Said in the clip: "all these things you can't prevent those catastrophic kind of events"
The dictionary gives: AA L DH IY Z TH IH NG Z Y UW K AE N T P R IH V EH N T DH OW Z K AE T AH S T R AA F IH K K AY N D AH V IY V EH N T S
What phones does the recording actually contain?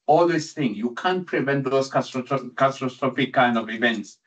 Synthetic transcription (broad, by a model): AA L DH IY S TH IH NG Y UW K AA N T P R IH V EH N T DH OW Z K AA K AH S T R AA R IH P K AY N D AH V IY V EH N T S